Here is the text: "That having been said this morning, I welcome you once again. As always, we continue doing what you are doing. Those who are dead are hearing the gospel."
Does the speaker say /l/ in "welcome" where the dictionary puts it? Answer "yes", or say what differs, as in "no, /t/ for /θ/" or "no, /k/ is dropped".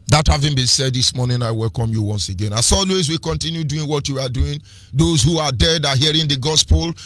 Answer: yes